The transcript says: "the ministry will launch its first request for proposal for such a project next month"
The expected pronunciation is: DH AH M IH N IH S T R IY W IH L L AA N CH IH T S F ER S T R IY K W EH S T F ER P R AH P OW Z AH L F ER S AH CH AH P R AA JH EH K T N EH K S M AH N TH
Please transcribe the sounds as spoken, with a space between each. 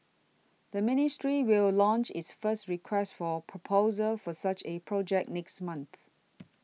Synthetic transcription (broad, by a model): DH AH M IH N IH S T R IY W IH L L AA N CH IH T S F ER S T R IY K W EH S T F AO P R AH P OW Z AH L F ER S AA CH AH P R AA JH EH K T N EH K S M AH N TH